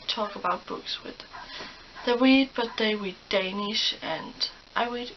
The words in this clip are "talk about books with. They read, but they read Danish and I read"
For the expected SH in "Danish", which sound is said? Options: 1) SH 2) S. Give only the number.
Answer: 1